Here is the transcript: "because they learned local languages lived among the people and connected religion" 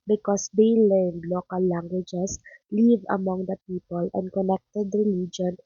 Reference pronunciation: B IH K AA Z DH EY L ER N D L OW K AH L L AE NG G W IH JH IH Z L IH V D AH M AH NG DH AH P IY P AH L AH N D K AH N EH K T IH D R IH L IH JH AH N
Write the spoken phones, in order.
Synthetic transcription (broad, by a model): B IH K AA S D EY L ER N D L OW K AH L L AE NG G W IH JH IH S L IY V AH M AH NG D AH P IY P AH L AH N D K AH N EH K T IH D R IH L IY JH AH N